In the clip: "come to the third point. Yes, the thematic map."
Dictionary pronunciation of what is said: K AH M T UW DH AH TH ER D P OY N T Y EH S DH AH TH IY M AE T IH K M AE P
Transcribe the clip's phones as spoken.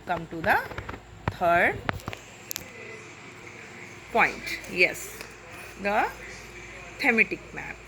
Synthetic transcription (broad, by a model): K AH M T UW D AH T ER D P OY N T Y EH S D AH T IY M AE T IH K M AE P